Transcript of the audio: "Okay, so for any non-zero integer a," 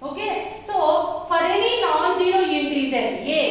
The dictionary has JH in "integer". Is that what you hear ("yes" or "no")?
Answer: no